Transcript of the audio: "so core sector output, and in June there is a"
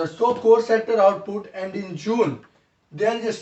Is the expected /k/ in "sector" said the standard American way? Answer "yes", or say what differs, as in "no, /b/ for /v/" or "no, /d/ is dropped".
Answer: no, /k/ is dropped